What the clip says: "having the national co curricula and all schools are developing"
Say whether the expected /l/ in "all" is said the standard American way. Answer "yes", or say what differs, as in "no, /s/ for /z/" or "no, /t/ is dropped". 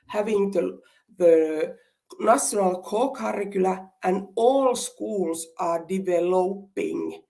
yes